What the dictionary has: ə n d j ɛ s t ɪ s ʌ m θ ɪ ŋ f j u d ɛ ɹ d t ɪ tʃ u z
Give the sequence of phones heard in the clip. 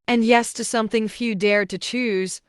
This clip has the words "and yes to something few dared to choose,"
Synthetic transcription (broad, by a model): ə n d j ɛ s t ɪ s ʌ m θ ɪ ŋ f j u d ɛ ɹ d t ɪ tʃ u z